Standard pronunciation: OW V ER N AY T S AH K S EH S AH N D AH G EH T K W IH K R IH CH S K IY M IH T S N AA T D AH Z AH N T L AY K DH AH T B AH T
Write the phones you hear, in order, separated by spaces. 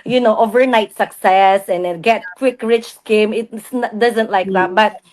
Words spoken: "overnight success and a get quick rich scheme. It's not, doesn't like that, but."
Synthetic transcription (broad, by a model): OW V ER N AY T S AH K S EH S AH N D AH G EH T K W IH K R IH CH S K IY M IH T S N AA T D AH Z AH N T L AY K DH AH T B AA T